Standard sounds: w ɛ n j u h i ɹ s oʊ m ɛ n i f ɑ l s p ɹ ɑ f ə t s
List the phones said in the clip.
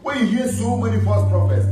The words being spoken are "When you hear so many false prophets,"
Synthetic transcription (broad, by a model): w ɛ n j u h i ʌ s oʊ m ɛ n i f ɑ s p ɹ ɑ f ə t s